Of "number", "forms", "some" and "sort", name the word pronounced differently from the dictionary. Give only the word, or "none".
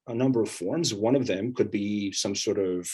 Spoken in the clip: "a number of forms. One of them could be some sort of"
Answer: none